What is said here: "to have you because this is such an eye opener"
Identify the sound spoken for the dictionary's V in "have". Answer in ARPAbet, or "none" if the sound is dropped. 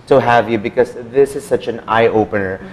V